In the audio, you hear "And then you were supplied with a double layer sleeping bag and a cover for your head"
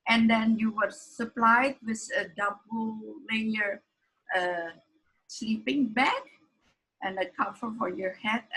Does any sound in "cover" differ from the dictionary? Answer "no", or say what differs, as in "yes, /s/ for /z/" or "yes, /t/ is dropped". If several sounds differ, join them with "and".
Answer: yes, /f/ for /v/